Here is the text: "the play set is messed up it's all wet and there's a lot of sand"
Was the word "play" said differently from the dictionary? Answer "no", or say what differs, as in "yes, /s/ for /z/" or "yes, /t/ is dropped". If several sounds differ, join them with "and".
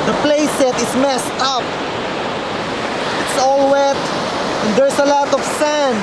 no